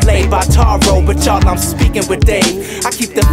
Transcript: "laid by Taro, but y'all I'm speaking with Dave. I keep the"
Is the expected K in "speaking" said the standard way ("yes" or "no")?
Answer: yes